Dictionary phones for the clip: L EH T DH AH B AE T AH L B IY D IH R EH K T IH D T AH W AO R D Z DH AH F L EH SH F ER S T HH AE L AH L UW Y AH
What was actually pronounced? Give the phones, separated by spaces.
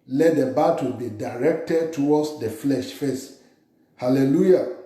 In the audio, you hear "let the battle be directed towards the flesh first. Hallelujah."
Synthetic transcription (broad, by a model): L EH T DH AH B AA T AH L B IY D IH R EH K T IH D T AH W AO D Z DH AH F L EH SH F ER S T HH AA L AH L UW Y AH